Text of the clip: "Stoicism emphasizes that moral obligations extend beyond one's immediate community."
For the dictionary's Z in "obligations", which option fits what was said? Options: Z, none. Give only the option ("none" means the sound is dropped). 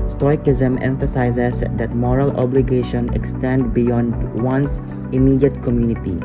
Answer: none